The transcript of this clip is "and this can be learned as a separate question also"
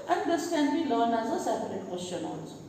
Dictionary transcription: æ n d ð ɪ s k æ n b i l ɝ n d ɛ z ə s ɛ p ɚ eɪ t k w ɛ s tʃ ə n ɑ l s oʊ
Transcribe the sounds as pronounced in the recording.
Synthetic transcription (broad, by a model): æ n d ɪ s k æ n b i l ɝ n ɑ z ə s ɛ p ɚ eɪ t k w ɛ s tʃ ə n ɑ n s